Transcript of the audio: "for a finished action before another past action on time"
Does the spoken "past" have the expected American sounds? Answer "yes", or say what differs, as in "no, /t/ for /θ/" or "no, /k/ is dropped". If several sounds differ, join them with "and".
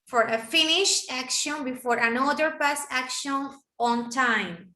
no, /t/ is dropped